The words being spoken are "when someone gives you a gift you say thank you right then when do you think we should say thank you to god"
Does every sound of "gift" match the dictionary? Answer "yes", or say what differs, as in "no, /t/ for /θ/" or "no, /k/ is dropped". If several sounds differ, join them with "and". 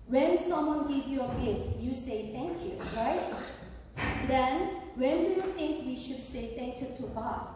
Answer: no, /f/ is dropped